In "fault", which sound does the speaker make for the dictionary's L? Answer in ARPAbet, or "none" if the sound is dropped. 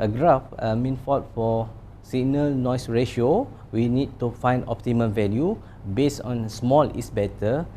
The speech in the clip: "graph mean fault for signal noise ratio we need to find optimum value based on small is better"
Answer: none